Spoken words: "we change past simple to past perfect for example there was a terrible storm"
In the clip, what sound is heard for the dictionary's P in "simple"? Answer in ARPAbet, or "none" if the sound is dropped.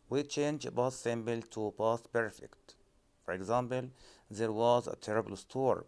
B